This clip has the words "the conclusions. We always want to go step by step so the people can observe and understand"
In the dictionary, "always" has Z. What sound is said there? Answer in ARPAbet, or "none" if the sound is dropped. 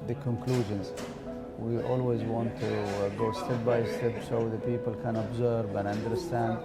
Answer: Z